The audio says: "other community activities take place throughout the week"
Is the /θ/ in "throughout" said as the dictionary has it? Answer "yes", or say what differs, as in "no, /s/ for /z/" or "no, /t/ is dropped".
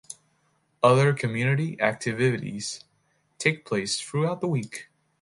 yes